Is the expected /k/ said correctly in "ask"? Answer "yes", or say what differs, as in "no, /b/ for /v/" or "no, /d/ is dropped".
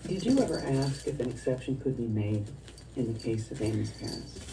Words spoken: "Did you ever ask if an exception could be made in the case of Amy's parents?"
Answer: yes